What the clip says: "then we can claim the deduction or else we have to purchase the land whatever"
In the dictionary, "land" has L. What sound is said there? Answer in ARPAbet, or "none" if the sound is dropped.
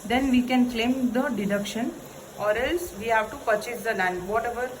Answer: N